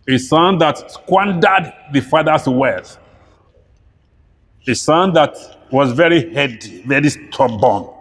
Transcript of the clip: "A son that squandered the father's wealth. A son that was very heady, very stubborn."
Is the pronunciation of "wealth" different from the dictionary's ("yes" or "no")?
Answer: yes